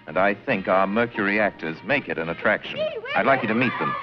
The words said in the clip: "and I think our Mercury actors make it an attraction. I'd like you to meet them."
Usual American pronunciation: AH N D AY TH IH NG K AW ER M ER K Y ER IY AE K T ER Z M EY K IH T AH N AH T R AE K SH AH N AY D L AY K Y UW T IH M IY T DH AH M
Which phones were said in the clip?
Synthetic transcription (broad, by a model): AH N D AY TH IH NG K AW ER M ER K Y ER IY AE K T ER Z M EY K IH T AH N AH T R AE K SH AH N AY D L AY K Y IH T IH M IY T DH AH M